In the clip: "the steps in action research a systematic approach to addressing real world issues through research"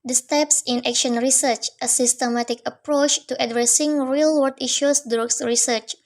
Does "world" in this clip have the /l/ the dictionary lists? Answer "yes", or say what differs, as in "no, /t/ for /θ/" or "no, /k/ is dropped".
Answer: no, /l/ is dropped